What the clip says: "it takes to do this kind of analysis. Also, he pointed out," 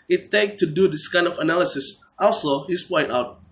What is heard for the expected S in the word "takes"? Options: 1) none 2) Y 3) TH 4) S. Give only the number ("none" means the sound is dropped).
1